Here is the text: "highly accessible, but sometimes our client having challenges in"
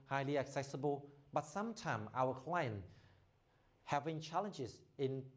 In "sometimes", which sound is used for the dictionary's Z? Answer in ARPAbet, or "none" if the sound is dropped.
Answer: none